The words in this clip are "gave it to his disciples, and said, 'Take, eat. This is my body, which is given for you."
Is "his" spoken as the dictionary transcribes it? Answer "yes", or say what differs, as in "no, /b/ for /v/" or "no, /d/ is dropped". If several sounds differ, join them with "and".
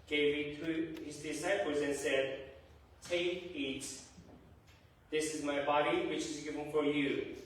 yes